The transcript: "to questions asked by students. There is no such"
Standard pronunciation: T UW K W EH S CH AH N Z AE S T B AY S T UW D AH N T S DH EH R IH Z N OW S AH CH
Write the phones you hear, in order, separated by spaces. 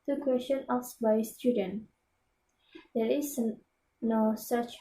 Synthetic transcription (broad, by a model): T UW K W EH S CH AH N AA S B AY S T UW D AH N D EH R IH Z N OW S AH CH